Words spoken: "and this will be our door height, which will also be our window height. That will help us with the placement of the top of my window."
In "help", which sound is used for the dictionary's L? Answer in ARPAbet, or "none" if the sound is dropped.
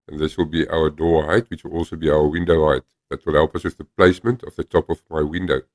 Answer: L